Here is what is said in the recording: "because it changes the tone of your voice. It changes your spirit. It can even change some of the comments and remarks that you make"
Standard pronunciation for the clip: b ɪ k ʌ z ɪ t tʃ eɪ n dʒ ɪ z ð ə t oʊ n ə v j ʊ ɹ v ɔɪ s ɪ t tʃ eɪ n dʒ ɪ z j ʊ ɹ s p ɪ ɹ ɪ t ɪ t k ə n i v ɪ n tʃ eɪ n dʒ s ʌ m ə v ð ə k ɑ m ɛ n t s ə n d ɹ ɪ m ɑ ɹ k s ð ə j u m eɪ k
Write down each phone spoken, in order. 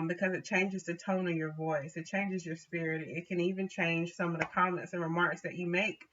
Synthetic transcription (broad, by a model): b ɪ k ʌ z ɪ t tʃ eɪ n dʒ ɪ z ð ə t oʊ n ə v j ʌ ɹ v ɔɪ s ɪ t tʃ eɪ n dʒ ɪ z j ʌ ɹ s p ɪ ɹ ɪ t ɪ t k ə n i v ɪ n tʃ eɪ n ʒ s ʌ m ə v ð ə k ɑ m ɛ n t s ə n ɹ ɪ m ɑ ɹ k s ð ə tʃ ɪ m eɪ k